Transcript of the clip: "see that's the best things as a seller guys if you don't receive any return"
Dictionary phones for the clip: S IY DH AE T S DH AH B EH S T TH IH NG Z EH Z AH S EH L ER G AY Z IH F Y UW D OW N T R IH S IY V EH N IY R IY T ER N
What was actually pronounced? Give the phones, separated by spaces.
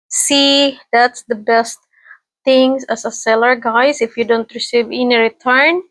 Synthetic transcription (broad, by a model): S IY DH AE T S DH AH B EH S T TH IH NG S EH S AH S EH L ER G AY S IH F Y UW D OW N T R IH S IY V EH N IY R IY T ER N